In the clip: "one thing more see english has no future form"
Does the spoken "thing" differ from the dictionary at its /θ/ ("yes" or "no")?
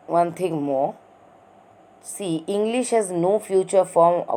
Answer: yes